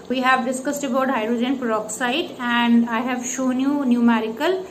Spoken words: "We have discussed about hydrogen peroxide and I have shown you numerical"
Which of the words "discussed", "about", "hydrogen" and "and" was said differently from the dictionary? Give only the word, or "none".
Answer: none